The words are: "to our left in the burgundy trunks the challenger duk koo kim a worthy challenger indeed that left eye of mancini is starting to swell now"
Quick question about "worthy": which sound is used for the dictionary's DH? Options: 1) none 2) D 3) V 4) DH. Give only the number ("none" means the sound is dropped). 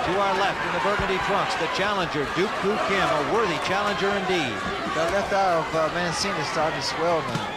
4